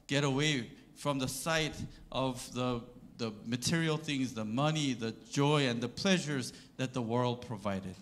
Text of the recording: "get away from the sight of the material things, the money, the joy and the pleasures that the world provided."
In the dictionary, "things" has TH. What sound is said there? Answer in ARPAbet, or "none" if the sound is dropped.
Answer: TH